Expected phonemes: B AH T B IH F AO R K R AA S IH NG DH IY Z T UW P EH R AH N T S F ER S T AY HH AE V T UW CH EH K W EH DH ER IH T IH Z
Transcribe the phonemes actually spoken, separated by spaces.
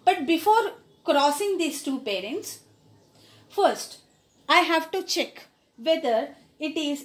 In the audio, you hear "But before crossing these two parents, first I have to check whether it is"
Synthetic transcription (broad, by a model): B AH T B IH F AO R K R AA S IH NG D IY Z T UW P EH R AH N T S F ER S T AY HH AE V T UW CH EH K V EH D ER IH T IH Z